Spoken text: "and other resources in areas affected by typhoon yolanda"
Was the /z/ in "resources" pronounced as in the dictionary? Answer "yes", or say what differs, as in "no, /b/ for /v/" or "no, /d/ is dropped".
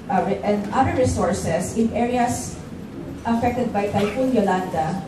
no, /s/ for /z/